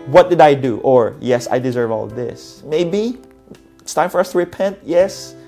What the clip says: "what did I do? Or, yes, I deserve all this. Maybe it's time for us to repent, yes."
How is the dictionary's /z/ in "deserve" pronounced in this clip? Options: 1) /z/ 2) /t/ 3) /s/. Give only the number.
1